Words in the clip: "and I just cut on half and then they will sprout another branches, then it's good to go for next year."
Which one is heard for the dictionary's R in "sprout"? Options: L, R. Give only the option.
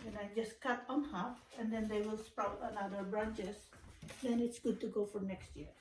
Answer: R